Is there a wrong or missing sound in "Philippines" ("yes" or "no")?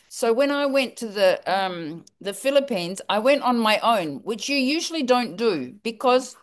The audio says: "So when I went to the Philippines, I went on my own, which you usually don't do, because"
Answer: no